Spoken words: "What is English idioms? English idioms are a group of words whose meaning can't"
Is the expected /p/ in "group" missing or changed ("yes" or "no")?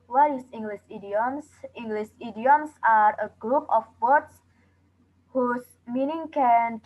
no